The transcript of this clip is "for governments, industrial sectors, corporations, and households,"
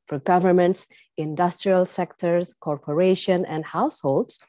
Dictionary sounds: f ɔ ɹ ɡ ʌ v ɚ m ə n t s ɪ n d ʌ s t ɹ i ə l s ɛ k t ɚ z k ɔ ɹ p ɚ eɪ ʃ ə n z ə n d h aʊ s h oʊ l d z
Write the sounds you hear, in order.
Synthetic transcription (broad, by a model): f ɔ ɹ ɡ ʌ v ɚ m ə n t s ɪ n d ʌ s t ɹ i ə l s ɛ k t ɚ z k ɔ ɹ p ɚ eɪ ʃ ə n ə n d h aʊ s h oʊ l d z